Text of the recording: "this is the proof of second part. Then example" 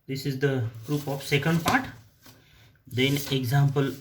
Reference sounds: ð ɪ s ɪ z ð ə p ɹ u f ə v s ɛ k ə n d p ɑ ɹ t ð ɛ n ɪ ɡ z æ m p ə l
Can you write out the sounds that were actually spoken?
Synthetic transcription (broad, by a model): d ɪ s ɪ z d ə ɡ ɹ u p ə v s ɛ k ə n d p ɑ ɹ t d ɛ n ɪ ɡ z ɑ m p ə l